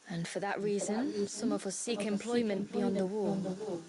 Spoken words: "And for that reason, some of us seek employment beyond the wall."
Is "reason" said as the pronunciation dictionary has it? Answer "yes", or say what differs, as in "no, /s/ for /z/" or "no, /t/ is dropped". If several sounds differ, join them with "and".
yes